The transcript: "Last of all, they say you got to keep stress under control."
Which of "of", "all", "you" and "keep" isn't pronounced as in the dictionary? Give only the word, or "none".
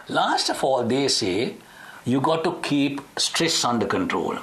of